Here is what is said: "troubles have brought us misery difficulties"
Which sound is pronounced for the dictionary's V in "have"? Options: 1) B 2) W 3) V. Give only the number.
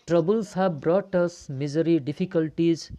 1